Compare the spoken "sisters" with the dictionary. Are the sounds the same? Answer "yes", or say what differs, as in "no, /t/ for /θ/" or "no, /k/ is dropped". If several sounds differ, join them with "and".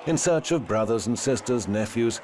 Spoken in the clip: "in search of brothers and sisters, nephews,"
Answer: yes